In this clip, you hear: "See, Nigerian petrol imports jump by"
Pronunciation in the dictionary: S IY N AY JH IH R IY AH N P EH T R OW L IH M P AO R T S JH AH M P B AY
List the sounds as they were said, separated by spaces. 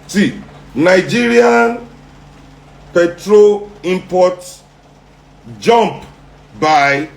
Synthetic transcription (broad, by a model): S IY N AY JH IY R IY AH N P EH T R OW L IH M P AO T JH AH M P B AY